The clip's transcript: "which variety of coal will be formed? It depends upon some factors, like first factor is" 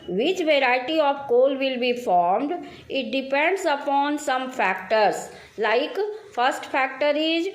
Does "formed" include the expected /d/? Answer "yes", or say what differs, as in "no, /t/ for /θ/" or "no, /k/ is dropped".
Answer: yes